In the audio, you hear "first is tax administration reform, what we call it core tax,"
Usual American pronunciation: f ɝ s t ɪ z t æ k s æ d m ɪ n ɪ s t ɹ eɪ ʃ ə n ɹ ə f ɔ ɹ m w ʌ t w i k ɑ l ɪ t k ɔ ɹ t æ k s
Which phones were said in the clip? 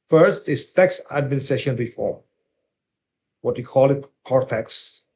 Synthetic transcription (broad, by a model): f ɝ s t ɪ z t æ k s æ d m ɪ n ɪ s t ɹ eɪ ʃ ə n ɹ ə f ɔ ɹ m w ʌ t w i k ɑ l ɪ t k ɔ ɹ t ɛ k s